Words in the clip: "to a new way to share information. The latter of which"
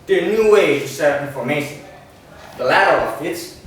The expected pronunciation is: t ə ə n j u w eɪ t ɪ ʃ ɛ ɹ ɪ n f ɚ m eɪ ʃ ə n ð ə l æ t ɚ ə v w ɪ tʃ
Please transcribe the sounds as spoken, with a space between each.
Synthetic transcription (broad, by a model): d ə ə n j u w eɪ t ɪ s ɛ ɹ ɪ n f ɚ m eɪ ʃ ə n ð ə l æ t ɚ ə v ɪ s